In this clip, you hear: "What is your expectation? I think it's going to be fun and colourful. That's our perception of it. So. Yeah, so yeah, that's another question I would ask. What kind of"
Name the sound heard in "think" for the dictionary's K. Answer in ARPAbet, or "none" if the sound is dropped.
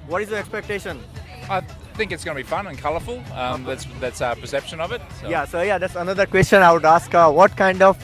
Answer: K